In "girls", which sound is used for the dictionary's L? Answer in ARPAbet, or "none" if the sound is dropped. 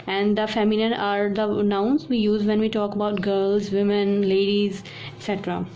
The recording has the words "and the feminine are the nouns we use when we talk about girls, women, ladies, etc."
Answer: L